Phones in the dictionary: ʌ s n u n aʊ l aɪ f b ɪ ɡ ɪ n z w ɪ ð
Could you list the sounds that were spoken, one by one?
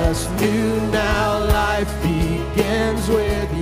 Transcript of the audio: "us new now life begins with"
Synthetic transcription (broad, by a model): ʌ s n u n aʊ l aɪ f b ɪ ɡ ɪ n z w ɪ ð